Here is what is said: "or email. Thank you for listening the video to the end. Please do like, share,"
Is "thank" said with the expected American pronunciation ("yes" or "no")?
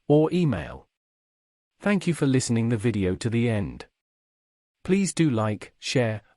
yes